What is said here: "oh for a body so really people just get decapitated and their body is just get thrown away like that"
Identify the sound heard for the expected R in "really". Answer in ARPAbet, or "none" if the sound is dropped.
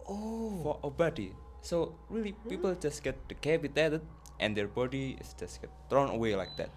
R